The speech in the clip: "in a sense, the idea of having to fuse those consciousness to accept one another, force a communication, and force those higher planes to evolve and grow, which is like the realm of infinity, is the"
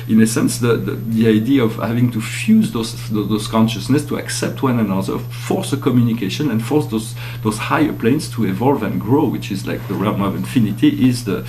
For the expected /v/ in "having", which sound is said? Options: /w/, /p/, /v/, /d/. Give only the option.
/v/